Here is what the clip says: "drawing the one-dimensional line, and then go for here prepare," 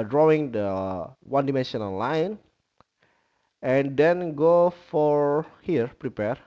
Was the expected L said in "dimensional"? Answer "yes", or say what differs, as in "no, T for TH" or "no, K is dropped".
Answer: no, N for L